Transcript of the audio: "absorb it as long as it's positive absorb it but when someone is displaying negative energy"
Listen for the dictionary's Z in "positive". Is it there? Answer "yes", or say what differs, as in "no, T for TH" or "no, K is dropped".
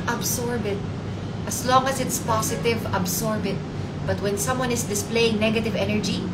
no, S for Z